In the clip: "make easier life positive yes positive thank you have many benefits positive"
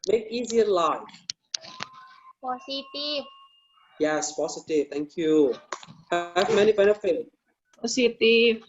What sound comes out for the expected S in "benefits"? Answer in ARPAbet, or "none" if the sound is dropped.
none